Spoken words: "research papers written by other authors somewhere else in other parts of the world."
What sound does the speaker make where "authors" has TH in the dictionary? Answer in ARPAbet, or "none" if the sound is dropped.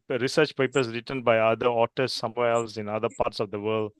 T